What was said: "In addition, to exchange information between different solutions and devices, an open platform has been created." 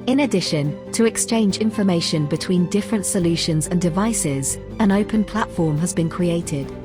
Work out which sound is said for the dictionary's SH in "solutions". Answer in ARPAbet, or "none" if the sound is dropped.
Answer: SH